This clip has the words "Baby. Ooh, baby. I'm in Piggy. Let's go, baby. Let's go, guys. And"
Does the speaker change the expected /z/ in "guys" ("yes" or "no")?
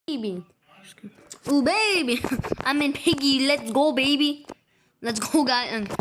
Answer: yes